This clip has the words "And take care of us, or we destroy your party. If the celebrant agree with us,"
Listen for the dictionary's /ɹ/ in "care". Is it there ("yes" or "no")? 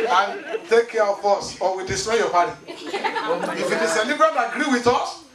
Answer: no